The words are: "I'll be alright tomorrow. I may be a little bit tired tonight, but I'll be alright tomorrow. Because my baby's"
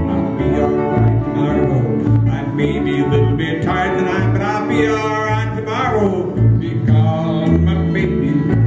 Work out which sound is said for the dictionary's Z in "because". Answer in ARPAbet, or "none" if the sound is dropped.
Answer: none